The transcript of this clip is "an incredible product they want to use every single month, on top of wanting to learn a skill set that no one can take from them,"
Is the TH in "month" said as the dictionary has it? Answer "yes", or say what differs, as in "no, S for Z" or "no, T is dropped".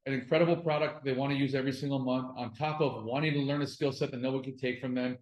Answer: yes